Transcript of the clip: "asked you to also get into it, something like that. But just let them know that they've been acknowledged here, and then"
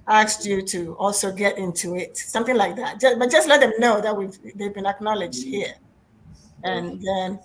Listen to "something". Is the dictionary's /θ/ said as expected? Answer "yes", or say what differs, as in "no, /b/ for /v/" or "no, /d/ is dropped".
yes